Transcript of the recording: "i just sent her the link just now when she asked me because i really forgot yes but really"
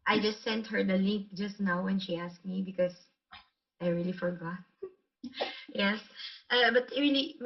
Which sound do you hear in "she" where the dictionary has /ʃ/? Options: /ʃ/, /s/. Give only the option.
/ʃ/